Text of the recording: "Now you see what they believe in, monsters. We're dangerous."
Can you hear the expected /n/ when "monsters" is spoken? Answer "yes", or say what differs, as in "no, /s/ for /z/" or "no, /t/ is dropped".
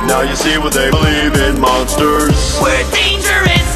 yes